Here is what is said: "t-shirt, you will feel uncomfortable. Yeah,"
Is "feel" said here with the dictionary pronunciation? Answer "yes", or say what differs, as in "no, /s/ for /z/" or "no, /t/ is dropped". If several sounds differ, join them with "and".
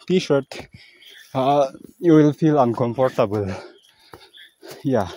yes